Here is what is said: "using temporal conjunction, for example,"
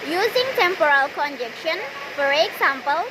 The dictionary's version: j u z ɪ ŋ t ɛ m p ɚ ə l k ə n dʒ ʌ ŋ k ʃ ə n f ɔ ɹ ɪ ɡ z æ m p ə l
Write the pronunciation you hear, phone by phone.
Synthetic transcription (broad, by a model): j u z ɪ ŋ t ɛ m p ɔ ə l k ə n dʒ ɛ k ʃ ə n f ɔ ɹ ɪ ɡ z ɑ m p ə l